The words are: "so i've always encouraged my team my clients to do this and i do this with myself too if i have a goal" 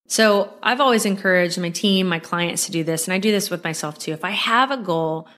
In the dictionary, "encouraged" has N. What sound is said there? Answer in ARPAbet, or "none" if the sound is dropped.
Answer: N